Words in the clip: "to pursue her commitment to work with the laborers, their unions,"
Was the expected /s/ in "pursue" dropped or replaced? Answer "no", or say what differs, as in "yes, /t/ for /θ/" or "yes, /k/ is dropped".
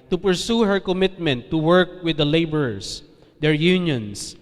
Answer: no